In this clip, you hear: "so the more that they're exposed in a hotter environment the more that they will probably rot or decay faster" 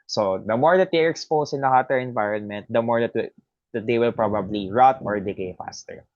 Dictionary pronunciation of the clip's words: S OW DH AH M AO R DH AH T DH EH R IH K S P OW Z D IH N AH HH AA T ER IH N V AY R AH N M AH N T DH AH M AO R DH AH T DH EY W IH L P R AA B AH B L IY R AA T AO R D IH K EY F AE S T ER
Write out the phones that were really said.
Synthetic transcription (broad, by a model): S OW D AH M AO R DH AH T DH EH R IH K S P OW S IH N AH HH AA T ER IH N V AY R AH N M AH N T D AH M AO R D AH T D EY W IH L P R AA B AH B L IY R AA T AO R D IH K EY F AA S T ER